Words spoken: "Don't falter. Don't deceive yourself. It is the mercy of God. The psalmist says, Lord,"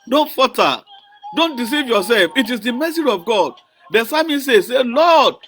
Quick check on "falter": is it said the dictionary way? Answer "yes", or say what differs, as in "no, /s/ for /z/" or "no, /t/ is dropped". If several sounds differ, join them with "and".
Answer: no, /l/ is dropped